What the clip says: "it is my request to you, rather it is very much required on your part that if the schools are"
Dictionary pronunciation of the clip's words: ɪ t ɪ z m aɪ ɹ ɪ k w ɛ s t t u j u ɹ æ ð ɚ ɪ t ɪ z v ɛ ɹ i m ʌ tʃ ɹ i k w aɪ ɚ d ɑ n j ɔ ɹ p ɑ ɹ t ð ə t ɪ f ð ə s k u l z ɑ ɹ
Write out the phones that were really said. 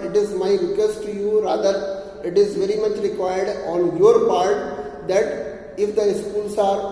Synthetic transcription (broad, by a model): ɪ t ɪ z m aɪ ɹ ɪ k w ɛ s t t u j u ɹ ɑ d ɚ ɪ t ɪ z v ɛ ɹ i m ʌ tʃ ɹ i k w aɪ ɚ d ɑ n j ɔ ɹ p ɑ ɹ t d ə t ɪ f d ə s k u l s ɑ ɹ